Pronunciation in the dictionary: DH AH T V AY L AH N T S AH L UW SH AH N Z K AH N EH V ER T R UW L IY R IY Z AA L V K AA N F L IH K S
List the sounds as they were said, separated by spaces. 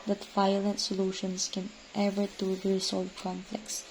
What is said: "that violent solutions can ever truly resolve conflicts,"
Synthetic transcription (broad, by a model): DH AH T V AY L AH N T S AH L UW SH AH N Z K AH N EH V ER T UW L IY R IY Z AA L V K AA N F L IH K S